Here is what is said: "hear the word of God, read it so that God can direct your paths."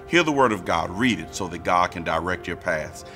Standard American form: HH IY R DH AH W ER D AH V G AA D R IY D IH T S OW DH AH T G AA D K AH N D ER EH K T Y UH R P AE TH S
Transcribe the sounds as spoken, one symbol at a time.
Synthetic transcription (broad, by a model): HH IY R DH AH W ER D AH V G AA D R IY D IH T S OW DH AH T G AA D K AH N D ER EH K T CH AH R P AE TH